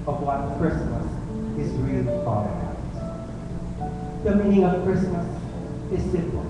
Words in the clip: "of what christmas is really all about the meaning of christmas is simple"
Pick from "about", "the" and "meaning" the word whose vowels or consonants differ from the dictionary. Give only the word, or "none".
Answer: about